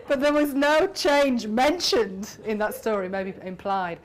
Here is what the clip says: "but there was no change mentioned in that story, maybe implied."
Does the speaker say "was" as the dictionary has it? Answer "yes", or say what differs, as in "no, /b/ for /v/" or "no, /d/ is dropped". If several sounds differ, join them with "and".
yes